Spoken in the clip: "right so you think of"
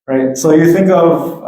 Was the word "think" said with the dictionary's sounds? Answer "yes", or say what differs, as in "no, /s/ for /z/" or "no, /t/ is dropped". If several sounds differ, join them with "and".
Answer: yes